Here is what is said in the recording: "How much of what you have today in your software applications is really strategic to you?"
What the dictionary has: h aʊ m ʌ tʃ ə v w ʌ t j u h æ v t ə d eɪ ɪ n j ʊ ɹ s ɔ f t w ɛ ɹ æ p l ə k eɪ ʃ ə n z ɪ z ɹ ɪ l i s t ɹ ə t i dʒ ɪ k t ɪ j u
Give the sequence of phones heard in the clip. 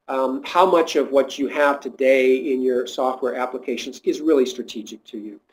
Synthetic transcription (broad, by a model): h aʊ m ʌ tʃ ə v w ʌ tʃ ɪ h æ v t ə d eɪ ɪ n j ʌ ɹ s ɔ f t w ɛ ɹ æ p l ə k eɪ ʃ ə n z ɪ z ɹ ɪ l i s t ɹ ə t i dʒ ɪ k t ɪ j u